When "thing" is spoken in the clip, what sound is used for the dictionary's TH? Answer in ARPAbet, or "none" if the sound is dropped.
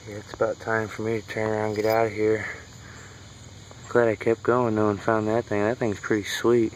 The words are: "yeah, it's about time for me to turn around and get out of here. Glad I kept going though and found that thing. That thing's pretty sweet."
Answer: TH